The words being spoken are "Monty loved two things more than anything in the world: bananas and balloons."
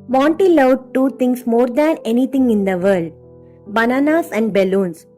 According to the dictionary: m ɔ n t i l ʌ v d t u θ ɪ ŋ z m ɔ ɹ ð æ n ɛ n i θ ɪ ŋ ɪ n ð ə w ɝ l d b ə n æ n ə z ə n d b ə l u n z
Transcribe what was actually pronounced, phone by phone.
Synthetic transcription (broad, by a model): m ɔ n t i l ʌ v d t u t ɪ ŋ s m ɔ ɹ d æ n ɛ n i t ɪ ŋ ɪ n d ə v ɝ l d b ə n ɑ n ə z ə n d b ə l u n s